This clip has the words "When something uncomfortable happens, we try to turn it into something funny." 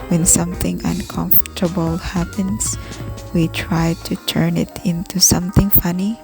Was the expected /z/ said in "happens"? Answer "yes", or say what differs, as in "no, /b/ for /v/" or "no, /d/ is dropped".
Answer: no, /s/ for /z/